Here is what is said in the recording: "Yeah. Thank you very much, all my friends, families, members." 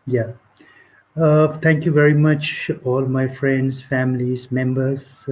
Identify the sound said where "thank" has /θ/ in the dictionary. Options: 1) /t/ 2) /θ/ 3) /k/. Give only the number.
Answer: 1